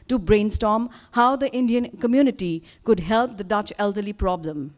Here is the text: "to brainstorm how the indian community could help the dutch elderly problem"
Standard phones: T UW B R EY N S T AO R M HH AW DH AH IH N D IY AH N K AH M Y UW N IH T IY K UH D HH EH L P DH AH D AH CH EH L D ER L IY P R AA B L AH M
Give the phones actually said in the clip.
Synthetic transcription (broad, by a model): T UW B R EY N S T AO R M HH AW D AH IH N D IY AH N K AH M Y UW N IH T IY K UH D HH EH L P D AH D AH CH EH L D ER L IY P R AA B L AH M